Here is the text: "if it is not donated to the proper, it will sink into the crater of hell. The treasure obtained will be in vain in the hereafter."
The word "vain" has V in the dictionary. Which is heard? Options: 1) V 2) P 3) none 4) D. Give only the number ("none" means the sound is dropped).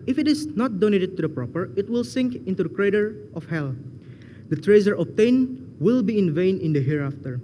1